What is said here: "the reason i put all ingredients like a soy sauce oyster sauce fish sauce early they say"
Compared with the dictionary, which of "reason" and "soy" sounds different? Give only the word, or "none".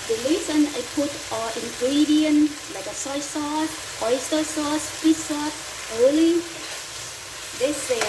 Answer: reason